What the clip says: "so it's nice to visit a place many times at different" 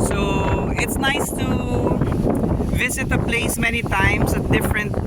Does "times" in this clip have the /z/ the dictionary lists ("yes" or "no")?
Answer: no